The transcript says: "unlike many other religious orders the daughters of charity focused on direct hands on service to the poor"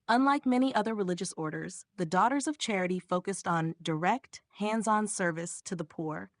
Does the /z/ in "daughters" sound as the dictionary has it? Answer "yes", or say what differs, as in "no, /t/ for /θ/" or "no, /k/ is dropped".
yes